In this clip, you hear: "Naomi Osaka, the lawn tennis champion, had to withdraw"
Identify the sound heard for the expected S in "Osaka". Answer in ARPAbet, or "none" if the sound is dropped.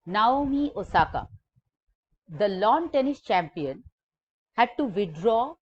S